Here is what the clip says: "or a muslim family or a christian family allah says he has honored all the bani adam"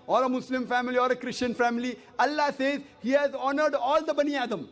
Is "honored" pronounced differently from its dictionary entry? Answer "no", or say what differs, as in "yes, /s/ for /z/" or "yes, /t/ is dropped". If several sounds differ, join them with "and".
no